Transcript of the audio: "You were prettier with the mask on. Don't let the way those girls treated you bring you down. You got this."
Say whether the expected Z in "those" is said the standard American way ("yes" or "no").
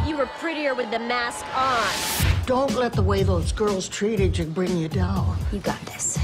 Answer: yes